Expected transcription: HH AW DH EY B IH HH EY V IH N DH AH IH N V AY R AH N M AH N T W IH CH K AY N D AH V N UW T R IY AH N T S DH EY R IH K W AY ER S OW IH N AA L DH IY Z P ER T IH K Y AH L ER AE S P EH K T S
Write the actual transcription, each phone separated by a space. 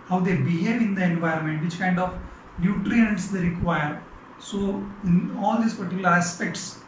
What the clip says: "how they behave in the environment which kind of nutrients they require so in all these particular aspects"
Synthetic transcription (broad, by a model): HH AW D EY B IH HH EY V IH N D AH IH N V AY R AH N M AH N T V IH CH K AY N D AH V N UW T R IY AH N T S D EY R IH K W AY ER S OW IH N AA L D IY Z P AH T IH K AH L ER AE S P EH K T S